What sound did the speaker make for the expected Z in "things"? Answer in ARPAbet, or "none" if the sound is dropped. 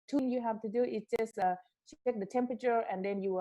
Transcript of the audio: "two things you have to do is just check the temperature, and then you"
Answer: none